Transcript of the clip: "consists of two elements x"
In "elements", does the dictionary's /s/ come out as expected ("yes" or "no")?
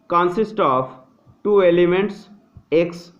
yes